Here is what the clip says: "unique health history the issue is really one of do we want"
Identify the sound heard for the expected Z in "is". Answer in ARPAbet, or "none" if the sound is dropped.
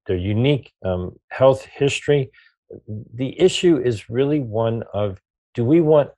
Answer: Z